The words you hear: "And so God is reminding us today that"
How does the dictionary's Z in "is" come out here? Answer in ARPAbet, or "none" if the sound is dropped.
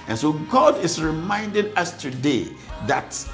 S